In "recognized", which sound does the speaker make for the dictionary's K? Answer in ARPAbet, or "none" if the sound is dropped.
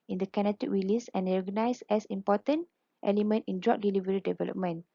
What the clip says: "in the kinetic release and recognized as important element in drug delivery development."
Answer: none